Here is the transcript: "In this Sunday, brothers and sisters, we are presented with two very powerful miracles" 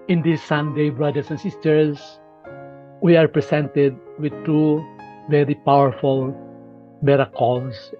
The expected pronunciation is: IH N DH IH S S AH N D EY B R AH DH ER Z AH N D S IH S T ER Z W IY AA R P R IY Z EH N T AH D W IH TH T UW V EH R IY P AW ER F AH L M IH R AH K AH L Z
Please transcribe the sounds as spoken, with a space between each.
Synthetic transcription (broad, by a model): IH N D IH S S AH N D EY B R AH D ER S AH N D S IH S T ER S W IY AA R P R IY S EH N T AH D W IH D T UW V EH R IY P AW ER F AH L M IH R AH K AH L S